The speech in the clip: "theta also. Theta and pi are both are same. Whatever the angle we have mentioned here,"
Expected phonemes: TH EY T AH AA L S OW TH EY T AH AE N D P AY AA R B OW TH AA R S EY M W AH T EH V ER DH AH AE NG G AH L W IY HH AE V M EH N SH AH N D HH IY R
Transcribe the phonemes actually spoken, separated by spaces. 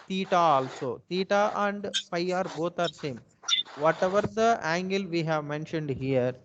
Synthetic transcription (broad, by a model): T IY T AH AA L S OW T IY T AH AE N D P AY AA R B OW T AA R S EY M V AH T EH V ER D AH AE NG G AH L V IY HH AE V M EH N SH AH N D HH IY R